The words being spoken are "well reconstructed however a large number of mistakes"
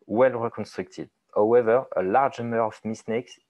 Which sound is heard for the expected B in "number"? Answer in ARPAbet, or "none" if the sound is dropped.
none